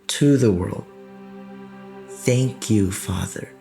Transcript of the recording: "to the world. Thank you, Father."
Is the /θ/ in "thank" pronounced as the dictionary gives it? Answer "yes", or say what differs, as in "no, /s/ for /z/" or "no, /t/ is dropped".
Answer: yes